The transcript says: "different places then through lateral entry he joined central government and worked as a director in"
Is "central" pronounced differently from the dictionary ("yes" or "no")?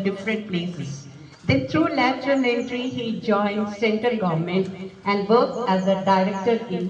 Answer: yes